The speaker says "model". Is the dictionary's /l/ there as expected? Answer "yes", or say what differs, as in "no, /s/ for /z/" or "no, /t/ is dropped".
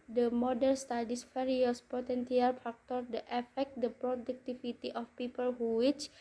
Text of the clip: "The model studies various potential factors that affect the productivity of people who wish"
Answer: no, /n/ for /l/